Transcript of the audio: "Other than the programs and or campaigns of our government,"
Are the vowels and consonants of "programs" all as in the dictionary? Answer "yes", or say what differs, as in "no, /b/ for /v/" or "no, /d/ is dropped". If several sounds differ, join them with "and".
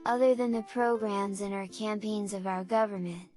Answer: yes